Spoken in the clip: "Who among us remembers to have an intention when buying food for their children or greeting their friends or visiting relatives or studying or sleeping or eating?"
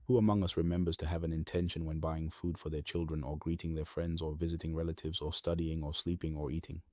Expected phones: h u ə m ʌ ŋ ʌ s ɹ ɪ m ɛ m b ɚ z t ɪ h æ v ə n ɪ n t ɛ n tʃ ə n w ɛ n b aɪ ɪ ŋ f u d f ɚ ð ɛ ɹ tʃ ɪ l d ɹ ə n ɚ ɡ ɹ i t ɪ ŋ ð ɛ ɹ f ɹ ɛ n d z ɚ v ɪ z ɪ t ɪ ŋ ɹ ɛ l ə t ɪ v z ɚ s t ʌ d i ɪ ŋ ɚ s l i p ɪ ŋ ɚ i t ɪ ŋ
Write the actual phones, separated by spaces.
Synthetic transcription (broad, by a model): h u ə m ʌ ŋ ʌ s ɹ ɪ m ɛ m b ɚ z t ɪ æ v ə n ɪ n t ɛ n ʃ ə n w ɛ n b aɪ ɪ ŋ f u d f ɚ ð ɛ ɹ tʃ ɪ l d ɹ ə n ɚ ɡ ɹ i t ɪ ŋ ð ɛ ɹ f ɹ ɛ n d z ɚ v ɪ z ɪ t ɪ ŋ ɹ ɛ l ə t ɪ v z ɚ s t ʌ d i ɪ ŋ ɚ s l i p ɪ ŋ ɚ i t ɪ ŋ